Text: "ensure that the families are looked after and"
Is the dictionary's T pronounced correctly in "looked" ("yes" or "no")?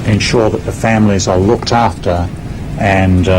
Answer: yes